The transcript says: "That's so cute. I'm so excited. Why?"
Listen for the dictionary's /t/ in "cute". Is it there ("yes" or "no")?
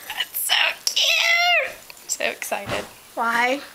no